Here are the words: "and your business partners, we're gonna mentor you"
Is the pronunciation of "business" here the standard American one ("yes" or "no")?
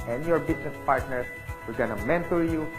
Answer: no